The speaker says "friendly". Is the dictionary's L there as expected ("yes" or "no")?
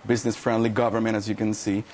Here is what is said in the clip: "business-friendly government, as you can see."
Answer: yes